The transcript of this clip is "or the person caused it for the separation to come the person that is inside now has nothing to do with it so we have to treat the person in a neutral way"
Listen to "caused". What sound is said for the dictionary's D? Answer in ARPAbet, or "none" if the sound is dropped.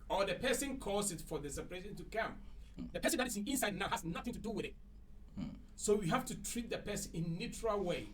none